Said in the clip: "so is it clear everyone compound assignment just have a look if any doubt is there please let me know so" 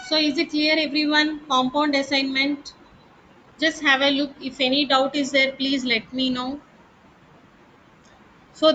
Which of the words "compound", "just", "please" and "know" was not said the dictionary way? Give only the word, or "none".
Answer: none